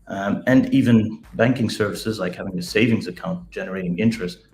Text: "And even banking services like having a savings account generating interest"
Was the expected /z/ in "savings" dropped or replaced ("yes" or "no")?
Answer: no